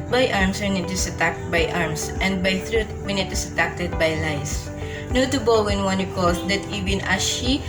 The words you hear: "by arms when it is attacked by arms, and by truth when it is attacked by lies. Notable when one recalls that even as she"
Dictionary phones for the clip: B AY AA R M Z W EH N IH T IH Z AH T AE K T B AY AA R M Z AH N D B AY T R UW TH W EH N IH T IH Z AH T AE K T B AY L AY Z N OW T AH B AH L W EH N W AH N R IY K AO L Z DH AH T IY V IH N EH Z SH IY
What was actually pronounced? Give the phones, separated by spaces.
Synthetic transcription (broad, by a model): B AY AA R M S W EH N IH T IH S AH T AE K T B AY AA R M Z AH N D B AY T R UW T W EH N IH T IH S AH T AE K T B AY L AY S N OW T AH B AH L W EH N W AH N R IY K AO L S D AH T IY V IH N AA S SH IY